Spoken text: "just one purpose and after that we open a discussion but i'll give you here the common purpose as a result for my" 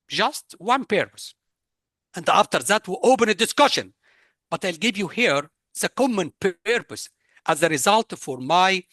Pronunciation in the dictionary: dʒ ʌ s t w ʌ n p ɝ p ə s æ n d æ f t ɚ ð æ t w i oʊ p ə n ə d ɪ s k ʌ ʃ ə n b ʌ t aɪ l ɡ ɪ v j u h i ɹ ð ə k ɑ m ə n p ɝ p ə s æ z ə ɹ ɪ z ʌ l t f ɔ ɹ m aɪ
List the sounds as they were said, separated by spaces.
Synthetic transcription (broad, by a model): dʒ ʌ s t w ʌ n p ɝ p ə s æ n d æ f t ɚ ð æ t w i oʊ p ə n ə d ɪ s k ʌ ʃ ə n b ʌ t aɪ l ɡ ɪ v j u h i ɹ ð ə k ɑ m ə n p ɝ p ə s æ z ə ɹ ɪ z ʌ l t f ɔ ɹ m aɪ